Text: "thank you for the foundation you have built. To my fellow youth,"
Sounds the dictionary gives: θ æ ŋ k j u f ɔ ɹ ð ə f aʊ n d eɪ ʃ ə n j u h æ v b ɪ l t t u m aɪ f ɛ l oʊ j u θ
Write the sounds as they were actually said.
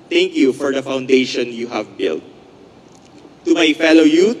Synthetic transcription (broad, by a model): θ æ ŋ k j u f ɔ ɹ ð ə f aʊ n d eɪ ʃ ə n j u h æ v b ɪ l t t u m aɪ f ɛ l oʊ j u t